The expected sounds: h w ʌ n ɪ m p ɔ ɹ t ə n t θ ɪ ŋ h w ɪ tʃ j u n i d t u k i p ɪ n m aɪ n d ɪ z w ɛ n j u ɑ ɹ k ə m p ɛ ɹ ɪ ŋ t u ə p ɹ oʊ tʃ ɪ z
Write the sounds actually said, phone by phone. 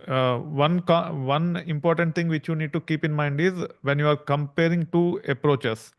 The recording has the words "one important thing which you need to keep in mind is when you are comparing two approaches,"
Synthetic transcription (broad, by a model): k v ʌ n ɪ m p ɔ ɹ t ə n t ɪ ŋ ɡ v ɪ tʃ j u n i d t u k i p ɪ n m aɪ n d ɪ z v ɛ n j u ɑ ɹ k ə m p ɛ ɹ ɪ ŋ t u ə p ɹ oʊ tʃ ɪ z